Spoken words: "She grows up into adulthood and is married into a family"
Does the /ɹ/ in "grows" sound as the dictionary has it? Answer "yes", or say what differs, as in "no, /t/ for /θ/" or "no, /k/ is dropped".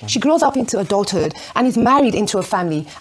yes